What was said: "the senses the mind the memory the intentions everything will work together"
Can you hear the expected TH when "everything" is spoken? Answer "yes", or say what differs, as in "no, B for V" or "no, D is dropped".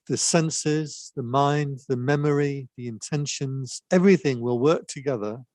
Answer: yes